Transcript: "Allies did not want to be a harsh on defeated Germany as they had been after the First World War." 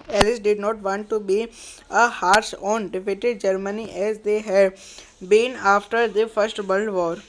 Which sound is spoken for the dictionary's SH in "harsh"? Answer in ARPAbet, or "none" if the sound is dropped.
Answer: S